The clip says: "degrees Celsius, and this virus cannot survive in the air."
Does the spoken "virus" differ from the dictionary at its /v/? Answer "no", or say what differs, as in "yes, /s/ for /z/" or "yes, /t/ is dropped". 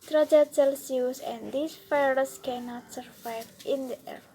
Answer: yes, /f/ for /v/